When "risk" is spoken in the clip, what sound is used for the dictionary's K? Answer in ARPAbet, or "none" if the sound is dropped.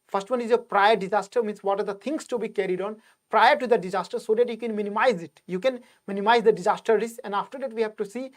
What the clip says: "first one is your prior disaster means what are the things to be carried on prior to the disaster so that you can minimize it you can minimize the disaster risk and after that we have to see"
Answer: none